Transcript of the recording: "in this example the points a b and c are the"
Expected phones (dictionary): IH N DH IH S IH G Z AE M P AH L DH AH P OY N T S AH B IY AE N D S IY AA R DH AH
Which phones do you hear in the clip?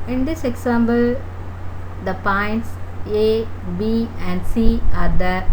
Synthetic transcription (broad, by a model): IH N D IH S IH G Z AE M B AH L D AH P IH N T S AH B IY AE N D S IY AA R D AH